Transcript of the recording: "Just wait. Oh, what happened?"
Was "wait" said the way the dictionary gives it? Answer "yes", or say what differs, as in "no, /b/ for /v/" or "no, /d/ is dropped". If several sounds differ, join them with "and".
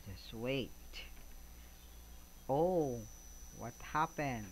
yes